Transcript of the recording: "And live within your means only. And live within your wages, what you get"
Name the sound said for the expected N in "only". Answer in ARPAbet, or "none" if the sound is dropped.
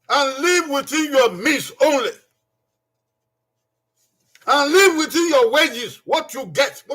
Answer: N